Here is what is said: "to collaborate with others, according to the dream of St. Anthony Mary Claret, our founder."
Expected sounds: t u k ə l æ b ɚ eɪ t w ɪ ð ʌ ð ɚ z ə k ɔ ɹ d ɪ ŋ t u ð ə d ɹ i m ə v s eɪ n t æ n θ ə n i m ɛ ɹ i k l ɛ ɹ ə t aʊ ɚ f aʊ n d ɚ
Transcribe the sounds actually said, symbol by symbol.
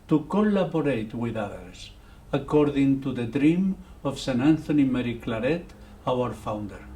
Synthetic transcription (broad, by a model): t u k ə l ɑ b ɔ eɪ t w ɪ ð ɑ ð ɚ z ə k ɔ ɹ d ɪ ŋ t u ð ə d ɹ i m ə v s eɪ n æ n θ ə n i m ɛ ɹ i k l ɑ ɹ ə t aʊ ɚ f aʊ n d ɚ